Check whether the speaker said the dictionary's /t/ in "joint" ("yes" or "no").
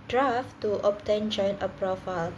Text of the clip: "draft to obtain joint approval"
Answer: no